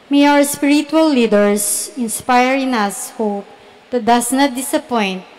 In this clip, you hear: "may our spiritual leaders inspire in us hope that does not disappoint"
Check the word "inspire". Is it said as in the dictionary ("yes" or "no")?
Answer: yes